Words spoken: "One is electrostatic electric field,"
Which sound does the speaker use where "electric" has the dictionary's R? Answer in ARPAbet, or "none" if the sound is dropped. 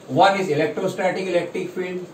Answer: R